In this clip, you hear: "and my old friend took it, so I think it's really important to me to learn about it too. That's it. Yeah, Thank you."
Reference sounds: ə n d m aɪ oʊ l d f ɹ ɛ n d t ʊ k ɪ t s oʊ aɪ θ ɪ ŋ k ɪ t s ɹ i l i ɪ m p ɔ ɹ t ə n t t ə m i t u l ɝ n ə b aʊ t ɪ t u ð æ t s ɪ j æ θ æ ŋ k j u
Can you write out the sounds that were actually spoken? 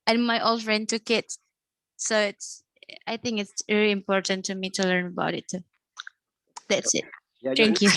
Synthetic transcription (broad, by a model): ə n m aɪ oʊ l d f ɹ ɛ n d t ʊ k ɪ t s oʊ aɪ θ ɪ ŋ k ɪ t s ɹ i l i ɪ m p ɔ ɹ t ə n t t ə m i t u l ɝ n ə b aʊ t ɪ t u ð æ t s ɪ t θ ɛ ŋ k j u